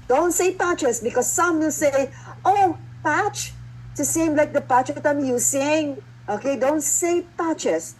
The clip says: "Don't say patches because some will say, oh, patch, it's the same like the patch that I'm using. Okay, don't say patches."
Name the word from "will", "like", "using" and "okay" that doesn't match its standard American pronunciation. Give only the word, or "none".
using